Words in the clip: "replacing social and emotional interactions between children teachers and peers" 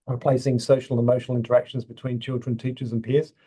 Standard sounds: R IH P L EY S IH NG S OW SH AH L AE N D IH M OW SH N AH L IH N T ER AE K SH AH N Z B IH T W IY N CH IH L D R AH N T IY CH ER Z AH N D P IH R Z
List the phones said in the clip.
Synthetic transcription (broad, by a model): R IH P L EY S IH NG S OW SH AH L IH M OW SH N AH L IH N T ER AE K SH AH N Z B IH T W IY N CH IH L D R AH N T IY CH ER Z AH N P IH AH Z